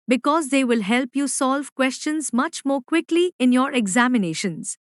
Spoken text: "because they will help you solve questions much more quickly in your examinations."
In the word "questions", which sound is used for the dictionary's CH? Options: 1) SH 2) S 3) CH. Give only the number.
3